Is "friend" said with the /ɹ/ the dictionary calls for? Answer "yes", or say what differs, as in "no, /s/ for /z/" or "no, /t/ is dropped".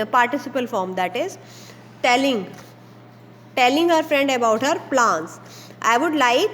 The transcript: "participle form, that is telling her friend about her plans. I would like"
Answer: yes